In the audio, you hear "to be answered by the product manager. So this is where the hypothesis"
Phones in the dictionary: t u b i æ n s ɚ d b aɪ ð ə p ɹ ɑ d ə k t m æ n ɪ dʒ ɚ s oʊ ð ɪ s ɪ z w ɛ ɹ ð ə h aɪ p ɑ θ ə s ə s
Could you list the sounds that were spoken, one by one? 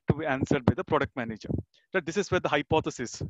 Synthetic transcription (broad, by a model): t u b i æ n s ɚ d b aɪ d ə p ɹ ɑ d ə k t m æ n ɪ dʒ ɚ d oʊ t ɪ s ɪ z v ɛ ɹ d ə h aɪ p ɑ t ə s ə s